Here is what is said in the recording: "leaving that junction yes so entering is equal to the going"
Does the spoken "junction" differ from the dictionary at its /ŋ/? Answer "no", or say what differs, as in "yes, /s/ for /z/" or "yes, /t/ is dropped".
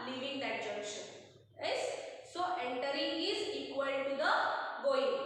yes, /ŋ/ is dropped